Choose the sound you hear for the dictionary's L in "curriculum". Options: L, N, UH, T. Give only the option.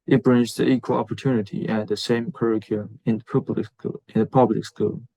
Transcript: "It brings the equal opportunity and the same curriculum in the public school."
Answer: N